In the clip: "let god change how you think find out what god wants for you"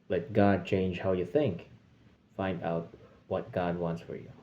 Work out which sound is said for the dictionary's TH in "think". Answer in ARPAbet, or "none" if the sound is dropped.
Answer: TH